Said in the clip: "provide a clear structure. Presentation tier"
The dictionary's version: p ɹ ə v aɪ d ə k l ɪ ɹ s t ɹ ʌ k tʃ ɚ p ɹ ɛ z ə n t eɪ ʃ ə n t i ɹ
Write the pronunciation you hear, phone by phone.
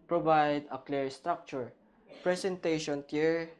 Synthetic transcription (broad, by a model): p ɹ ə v aɪ d ə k l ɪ ɹ s t ɹ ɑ k tʃ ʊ p ɹ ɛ s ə n t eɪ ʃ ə n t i ɹ